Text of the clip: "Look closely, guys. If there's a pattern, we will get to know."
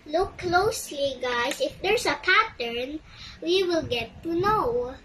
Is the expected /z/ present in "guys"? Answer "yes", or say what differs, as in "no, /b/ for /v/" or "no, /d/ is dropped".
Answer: no, /s/ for /z/